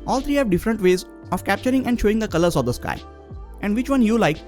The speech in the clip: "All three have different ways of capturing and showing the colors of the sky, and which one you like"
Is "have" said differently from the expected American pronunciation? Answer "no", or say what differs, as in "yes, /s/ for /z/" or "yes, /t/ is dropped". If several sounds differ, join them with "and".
no